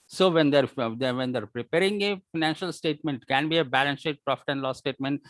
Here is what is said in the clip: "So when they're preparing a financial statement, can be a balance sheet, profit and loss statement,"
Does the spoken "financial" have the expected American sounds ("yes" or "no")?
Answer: yes